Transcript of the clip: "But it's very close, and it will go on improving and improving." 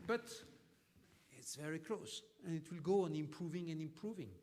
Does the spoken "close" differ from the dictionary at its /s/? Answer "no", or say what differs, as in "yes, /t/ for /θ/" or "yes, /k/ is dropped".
no